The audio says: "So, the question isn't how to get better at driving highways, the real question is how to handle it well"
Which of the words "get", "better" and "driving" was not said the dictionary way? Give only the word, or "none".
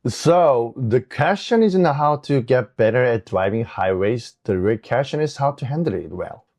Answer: none